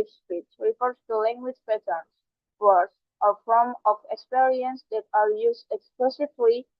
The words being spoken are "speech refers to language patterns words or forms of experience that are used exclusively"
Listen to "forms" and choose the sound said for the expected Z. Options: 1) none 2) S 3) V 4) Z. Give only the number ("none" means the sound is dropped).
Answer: 1